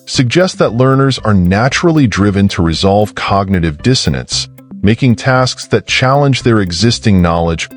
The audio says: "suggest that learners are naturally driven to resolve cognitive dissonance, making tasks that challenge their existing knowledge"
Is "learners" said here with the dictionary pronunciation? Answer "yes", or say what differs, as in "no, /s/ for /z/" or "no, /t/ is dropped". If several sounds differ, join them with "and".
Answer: yes